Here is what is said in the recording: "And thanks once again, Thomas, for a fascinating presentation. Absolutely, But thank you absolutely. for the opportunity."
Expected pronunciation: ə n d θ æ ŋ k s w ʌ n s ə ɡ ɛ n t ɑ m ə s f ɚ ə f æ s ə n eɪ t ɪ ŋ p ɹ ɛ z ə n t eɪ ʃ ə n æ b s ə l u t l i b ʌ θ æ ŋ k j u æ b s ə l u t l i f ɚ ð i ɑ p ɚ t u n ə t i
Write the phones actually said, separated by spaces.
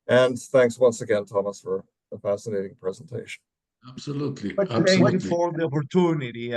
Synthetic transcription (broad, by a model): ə n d θ æ ŋ k s w ʌ n s ə ɡ ɛ n t ɑ m ə s f ɚ ə f æ s ə n eɪ t ɪ ŋ p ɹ ɛ z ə n t eɪ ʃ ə n æ b s ə l u t l i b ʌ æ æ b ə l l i f ɚ ð i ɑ p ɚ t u n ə t i